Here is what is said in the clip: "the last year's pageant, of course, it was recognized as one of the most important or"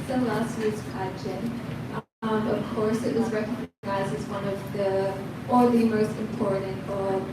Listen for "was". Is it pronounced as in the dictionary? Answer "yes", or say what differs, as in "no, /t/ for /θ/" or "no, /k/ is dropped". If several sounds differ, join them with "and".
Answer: yes